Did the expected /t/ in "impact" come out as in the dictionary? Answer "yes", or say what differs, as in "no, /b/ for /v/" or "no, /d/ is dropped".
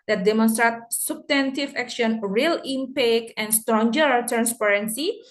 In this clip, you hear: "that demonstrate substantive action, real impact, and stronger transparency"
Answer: no, /t/ is dropped